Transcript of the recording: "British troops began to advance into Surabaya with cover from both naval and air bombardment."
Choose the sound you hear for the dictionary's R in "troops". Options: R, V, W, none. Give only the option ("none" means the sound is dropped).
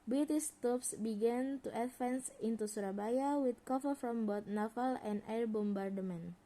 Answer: none